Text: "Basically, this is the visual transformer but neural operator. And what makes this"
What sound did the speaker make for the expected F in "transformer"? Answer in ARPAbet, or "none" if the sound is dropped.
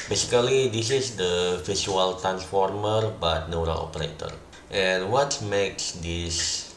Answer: F